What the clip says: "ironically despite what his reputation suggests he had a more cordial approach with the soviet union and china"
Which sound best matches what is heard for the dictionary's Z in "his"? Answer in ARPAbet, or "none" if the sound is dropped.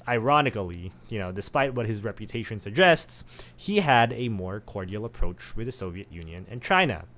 Z